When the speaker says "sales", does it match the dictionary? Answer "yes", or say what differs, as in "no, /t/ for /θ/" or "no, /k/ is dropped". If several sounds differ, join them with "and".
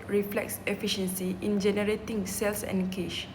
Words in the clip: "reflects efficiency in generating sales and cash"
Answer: no, /s/ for /z/